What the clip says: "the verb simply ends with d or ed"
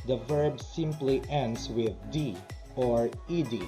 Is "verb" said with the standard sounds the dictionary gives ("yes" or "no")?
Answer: yes